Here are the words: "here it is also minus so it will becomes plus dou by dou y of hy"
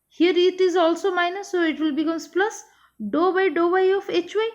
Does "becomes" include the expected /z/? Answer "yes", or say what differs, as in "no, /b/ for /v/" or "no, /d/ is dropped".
no, /s/ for /z/